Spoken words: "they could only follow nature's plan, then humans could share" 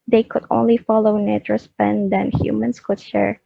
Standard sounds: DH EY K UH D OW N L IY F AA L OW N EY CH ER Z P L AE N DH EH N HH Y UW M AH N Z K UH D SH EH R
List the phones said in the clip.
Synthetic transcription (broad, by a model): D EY K UH D OW N L IY F AA L OW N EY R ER S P EH N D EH N HH Y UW M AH N S K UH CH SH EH R